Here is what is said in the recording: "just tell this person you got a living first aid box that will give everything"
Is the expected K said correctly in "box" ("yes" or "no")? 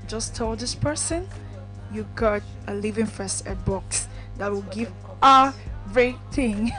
yes